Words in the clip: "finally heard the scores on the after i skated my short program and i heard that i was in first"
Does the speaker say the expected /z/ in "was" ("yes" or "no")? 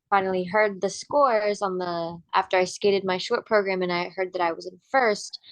yes